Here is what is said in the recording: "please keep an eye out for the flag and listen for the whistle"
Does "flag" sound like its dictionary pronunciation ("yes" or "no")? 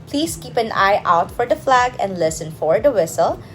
yes